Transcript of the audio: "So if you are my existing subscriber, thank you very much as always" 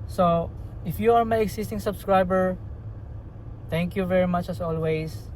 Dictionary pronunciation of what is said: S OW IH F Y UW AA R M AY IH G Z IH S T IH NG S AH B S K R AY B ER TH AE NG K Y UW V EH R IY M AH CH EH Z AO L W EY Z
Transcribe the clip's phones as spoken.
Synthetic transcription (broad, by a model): S OW IH F Y UW AA R M AY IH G S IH S T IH NG S AH B S K R AY B ER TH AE NG K Y UW V EH R IY M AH CH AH S AO L W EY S